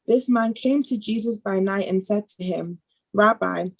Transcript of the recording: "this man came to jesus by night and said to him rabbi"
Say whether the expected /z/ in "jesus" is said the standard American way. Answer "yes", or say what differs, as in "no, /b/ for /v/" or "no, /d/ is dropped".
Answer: yes